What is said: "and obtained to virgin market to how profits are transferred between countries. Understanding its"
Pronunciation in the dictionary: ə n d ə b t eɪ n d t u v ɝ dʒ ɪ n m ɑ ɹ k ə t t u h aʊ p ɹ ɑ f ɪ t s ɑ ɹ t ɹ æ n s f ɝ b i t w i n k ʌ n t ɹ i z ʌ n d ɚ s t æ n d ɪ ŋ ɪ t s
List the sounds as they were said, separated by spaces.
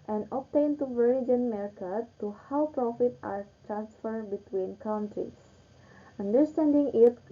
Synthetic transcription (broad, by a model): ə n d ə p t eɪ n t u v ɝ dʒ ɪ n m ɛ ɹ k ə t t u h aʊ p ɹ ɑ f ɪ t ɑ ɹ t ɹ æ n s f ɝ b i t w i n k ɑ n t ɹ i s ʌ n d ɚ s t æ n d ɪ ŋ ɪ t